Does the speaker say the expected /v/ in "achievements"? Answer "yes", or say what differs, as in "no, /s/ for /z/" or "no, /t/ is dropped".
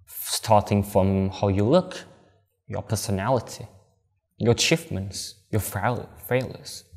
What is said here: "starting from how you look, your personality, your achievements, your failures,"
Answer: no, /f/ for /v/